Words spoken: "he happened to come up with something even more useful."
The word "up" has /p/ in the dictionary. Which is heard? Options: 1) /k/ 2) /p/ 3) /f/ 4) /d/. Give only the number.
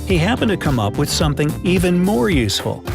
2